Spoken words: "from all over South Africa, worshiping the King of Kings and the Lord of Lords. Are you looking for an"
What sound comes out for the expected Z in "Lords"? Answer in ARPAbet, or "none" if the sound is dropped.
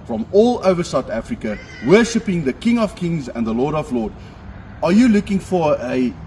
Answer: none